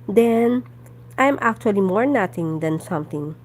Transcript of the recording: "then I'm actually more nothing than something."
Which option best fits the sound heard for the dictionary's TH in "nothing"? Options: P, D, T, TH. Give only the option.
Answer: T